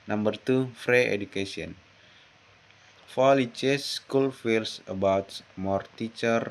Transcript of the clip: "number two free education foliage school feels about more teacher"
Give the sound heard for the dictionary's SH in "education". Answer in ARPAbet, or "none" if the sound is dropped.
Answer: S